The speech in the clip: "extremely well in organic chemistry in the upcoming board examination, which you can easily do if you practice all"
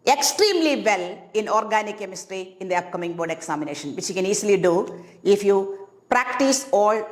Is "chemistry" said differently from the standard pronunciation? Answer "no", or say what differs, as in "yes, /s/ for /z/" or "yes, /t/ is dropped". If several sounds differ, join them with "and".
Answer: no